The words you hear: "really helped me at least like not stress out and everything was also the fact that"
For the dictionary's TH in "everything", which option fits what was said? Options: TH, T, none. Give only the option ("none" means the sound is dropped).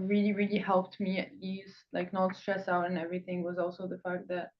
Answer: TH